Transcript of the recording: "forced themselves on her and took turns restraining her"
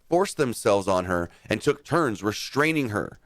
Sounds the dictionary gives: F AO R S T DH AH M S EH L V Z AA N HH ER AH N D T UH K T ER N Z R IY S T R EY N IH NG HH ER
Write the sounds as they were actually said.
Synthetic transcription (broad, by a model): F AO R S DH AH M S EH L V Z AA N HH ER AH N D T UH K T ER N Z R IY S T R EY N IH NG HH ER